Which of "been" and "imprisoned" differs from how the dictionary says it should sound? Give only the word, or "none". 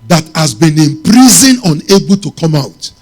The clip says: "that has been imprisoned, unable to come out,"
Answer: imprisoned